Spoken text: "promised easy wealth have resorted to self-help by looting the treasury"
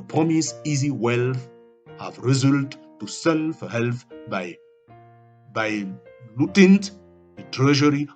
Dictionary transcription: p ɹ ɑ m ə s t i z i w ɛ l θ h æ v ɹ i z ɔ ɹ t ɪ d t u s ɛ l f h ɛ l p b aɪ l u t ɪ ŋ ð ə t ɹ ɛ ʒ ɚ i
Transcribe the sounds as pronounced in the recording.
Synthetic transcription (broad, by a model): p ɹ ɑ m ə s i z i w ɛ l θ h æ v ɹ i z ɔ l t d t u s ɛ l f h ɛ l b b aɪ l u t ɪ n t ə t ɹ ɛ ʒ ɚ i